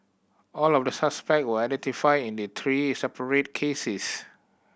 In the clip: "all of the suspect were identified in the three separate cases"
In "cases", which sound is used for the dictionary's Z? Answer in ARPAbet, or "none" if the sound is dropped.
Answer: S